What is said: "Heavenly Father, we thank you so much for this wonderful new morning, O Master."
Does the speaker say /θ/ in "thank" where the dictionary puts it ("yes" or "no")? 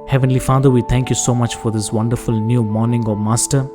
no